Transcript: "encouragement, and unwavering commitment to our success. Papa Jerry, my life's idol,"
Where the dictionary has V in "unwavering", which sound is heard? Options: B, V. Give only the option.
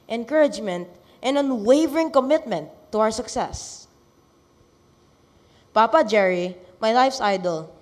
V